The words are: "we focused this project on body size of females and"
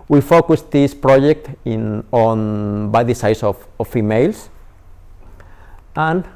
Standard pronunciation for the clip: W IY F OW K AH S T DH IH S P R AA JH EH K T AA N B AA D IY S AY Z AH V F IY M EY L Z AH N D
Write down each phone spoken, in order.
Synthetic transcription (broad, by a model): W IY F OW K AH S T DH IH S P R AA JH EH K T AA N B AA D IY S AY S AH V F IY M EY L S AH N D